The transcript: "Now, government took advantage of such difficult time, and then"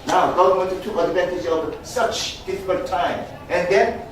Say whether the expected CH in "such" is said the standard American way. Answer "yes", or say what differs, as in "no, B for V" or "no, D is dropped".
yes